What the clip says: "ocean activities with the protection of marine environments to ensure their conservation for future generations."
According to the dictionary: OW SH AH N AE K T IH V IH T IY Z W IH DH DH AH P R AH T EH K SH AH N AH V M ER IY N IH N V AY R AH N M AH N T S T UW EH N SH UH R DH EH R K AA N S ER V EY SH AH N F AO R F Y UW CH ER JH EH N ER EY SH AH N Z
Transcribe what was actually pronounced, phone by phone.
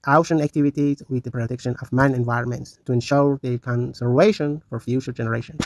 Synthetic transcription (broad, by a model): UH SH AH N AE K T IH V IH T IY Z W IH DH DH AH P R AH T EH K SH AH N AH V M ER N IH N V AY R AH N M AH N T S T UW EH N SH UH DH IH K AA N S ER V EY SH AH N F AO R F Y UW CH ER JH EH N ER EY SH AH N